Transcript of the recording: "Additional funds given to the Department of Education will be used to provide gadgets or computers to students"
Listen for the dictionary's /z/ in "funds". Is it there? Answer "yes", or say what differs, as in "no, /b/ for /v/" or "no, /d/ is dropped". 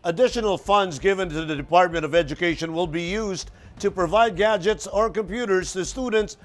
yes